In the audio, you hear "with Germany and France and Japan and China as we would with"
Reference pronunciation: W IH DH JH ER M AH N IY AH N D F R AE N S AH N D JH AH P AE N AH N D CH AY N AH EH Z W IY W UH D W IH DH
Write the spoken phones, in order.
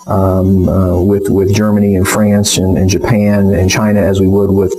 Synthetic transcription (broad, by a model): W IH DH JH ER M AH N IY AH N F R AE N S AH N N JH AH P AE N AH N CH AY N AH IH Z W IY W UH D W IH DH